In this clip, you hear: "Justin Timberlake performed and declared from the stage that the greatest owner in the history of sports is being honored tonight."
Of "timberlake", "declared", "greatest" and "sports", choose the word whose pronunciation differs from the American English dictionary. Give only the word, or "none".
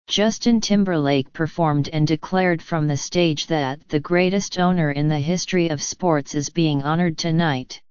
none